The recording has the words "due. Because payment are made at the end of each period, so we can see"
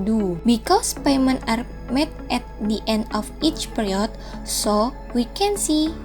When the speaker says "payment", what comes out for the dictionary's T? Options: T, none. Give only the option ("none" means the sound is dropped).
none